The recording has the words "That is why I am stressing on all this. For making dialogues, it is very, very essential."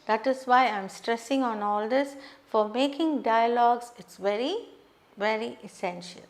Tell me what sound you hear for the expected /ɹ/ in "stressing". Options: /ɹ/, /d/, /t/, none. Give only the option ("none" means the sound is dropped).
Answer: /ɹ/